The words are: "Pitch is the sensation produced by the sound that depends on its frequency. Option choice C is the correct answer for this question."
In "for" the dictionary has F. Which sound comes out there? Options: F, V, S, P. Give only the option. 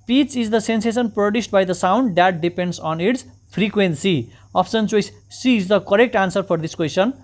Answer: P